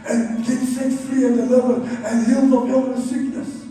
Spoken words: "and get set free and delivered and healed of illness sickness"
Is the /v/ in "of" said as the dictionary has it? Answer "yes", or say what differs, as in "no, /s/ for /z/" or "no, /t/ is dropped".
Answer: no, /p/ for /v/